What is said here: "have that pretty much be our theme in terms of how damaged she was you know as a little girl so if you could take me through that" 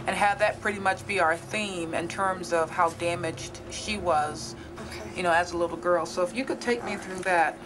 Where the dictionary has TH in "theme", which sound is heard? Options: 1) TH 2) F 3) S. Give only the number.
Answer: 1